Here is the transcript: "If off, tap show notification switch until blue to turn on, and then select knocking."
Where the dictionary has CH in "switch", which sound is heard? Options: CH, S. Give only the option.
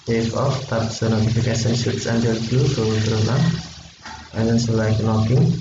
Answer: S